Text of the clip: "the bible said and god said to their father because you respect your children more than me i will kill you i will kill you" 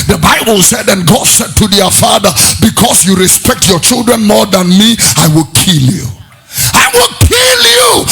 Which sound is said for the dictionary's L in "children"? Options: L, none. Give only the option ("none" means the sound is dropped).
L